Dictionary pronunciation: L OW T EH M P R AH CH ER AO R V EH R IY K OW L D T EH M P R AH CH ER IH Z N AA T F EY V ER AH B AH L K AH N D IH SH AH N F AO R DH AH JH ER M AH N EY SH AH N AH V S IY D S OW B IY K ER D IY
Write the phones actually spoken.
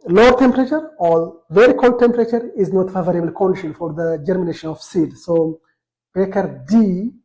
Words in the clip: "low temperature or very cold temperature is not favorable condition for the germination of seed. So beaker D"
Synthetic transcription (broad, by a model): L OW T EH M P R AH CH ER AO L V EH R IY K OW L D T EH M P R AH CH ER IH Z N AA T F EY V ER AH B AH L K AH N D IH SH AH N F AO R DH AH JH ER M AH N EY SH AH N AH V S IY D S OW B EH K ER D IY